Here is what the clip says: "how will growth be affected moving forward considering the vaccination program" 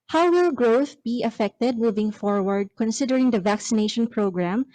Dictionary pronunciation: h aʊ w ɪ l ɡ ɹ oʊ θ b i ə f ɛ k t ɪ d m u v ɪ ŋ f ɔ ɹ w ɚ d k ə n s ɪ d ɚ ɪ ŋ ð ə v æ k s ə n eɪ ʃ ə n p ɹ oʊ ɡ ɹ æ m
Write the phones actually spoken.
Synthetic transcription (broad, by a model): h aʊ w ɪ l ɡ ɹ oʊ θ b i ə f ɛ k t ɪ d m u v ɪ ŋ f ɔ ɹ w ɚ d k ə n s ɪ d ɚ ɪ ŋ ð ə v æ k s ə n eɪ ʃ ə n p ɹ oʊ ɡ ɹ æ m